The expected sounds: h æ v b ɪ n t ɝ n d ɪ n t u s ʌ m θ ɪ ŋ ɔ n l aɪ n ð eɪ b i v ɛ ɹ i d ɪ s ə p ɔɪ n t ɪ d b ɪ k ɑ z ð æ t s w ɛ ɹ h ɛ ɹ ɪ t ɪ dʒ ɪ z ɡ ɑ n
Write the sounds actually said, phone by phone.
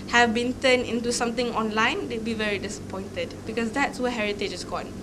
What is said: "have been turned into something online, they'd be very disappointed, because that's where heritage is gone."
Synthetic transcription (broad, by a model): h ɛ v b ɪ n t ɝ n ɪ n t u s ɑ m t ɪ ŋ ɔ n l aɪ n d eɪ b i v ɛ ɹ i d ɪ s ə p ɔɪ n t ɪ d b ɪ k ɑ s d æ t s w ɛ h ɛ ɹ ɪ t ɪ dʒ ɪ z ɡ ɑ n